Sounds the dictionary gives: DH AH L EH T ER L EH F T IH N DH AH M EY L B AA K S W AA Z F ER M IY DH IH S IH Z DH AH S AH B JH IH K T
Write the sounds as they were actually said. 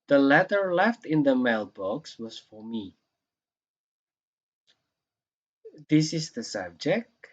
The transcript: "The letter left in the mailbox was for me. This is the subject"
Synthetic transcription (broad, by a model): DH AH L EH T ER L EH F T IH N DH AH M EY L B AA K S W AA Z F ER M IY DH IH S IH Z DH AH S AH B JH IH K T